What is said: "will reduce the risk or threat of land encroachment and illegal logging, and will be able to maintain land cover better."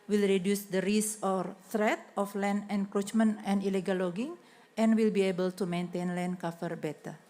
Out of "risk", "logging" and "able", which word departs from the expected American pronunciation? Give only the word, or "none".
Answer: risk